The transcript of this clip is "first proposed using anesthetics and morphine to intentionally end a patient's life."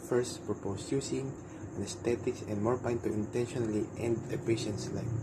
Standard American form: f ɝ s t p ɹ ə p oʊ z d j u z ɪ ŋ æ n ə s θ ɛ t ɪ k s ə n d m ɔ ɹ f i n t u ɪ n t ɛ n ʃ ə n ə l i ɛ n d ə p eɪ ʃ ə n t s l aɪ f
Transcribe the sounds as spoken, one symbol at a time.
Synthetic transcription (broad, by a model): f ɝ s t p ɹ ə p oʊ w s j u s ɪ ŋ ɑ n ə s t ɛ t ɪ k s ə n d m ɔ ɹ p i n t u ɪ n t ɛ n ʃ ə n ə l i ɛ n d ə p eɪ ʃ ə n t s l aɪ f